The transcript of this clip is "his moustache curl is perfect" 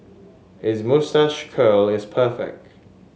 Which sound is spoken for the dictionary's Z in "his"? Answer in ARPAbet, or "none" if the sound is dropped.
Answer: Z